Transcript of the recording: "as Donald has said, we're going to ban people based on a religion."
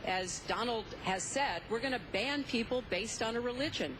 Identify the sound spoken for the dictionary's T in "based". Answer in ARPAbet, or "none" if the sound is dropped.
T